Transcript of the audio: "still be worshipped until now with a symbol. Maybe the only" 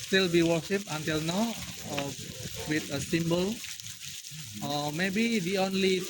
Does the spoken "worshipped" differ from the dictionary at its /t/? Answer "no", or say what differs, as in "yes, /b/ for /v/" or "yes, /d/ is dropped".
yes, /t/ is dropped